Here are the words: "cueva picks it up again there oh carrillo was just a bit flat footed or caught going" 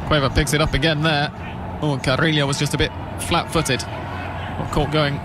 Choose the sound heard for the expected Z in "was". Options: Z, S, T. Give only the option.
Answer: Z